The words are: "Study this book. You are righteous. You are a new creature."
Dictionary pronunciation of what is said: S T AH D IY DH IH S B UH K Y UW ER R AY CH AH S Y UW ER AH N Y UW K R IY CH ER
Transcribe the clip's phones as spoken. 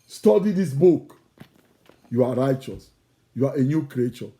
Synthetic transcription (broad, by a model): S T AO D IY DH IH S B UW K Y UW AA R AY CH AH S Y UW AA AH N Y UW K R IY CH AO